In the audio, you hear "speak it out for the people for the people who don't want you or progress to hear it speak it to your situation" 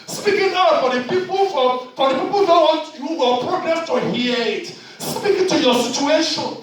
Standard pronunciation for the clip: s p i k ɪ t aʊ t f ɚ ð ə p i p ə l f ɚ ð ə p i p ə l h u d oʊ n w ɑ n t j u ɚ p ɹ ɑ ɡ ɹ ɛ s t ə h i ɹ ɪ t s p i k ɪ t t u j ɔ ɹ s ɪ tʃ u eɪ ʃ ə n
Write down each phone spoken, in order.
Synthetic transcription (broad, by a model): s p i k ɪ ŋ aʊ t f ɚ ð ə p i p ə l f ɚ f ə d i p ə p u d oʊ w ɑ t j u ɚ p ɹ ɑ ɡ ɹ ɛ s t ə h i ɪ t s p i k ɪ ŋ t u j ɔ s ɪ tʃ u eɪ ʃ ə n